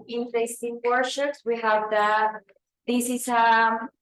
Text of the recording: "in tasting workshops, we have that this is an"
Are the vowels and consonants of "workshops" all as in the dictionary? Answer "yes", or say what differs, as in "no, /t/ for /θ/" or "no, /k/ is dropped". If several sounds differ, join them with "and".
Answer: no, /k/ is dropped